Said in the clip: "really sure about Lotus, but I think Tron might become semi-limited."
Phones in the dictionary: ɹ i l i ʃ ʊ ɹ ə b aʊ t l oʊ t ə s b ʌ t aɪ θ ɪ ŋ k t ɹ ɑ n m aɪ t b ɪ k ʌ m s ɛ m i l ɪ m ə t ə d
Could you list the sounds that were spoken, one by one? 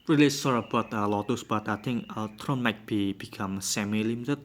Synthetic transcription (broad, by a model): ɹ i l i s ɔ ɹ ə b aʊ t l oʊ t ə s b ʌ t aɪ t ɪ ŋ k t ɹ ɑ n m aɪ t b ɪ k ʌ m s ɛ m i l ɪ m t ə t